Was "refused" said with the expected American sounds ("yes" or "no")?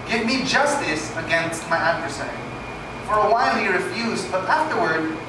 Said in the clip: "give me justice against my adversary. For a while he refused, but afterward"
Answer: yes